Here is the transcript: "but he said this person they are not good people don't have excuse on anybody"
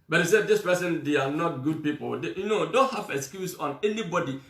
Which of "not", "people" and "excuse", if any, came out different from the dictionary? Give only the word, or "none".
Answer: people